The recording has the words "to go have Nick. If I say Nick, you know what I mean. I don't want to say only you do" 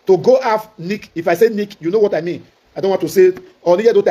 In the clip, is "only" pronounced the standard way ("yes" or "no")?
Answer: no